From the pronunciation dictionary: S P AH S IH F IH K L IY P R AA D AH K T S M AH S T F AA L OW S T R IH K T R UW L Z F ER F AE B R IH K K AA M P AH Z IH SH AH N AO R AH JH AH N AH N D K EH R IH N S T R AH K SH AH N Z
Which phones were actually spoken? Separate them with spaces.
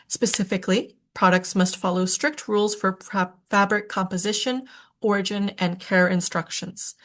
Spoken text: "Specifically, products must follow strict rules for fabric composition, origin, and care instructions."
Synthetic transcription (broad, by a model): S P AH S IH F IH K L IY P R AA D AH K T S M AH S T F AA L OW S T R IH K T R UW L Z F ER F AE B R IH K K AA M P AH Z IH SH AH N AO R AH JH AH N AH N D K EH R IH N S T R AH K SH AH N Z